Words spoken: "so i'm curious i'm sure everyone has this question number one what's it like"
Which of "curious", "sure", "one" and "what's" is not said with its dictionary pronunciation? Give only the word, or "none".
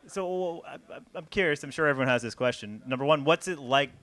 none